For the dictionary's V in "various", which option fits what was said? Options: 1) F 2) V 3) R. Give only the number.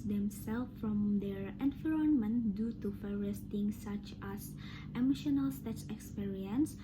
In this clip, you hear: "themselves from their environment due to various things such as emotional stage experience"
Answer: 1